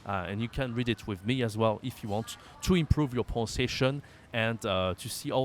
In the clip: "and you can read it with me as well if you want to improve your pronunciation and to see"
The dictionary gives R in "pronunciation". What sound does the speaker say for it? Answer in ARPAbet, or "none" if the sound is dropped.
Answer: none